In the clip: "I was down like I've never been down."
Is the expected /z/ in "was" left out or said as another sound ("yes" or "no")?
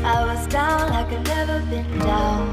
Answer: no